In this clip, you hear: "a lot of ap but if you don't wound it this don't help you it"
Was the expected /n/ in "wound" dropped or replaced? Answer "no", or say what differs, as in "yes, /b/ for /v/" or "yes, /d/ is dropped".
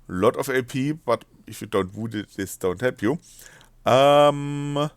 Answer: yes, /n/ is dropped